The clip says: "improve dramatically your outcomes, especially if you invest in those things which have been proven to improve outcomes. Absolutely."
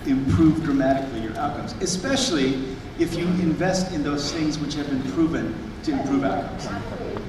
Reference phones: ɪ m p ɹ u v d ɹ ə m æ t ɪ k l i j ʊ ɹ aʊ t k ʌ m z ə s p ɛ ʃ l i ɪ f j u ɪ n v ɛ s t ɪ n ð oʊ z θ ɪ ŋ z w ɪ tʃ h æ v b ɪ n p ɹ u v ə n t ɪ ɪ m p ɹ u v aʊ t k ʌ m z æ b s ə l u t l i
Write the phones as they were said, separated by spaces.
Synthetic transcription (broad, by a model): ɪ m p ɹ u v d ɹ ə m æ t ɪ k l i j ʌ ɹ aʊ t k ʌ m z ə s p ɛ ʃ l i ɪ f j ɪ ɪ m v ɛ s t ɪ n ð oʊ z θ ɪ ŋ z w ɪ tʃ h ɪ v b ɪ n p ɹ u v ə n t ɪ ɪ m p ɹ u v aʊ t k ʌ m z